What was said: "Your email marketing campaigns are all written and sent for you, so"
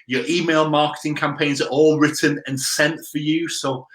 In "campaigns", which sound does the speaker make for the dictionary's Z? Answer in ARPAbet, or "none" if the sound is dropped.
Z